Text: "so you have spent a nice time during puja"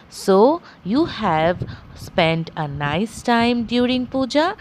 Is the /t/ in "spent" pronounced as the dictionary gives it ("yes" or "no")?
yes